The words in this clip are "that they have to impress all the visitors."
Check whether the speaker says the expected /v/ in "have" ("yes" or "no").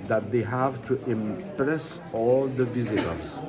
yes